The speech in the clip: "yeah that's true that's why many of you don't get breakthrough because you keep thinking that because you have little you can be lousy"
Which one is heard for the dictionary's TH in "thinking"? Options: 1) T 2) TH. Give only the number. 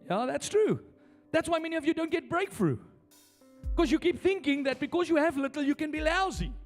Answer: 2